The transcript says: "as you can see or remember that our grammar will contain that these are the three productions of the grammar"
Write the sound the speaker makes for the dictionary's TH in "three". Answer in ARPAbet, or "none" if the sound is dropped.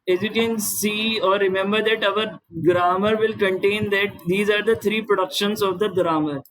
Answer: T